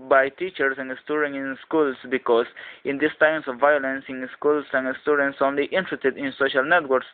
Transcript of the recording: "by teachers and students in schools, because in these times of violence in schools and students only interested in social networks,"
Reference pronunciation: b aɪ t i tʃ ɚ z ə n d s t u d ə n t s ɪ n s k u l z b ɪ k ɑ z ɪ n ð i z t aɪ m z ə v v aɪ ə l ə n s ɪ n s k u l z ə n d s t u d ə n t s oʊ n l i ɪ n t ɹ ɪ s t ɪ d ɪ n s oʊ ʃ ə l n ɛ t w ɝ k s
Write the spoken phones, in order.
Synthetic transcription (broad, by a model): b aɪ t i tʃ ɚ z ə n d s t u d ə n ɪ n s k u l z b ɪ k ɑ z ɪ n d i s t aɪ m s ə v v aɪ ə l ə n s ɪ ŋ s k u l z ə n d s t u d ə n t s oʊ n l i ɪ n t ɹ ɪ s t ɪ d ɪ n s oʊ ʃ ə l n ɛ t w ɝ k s